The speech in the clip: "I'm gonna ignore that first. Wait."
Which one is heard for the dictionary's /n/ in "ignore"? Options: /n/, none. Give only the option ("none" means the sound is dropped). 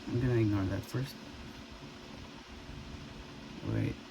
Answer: none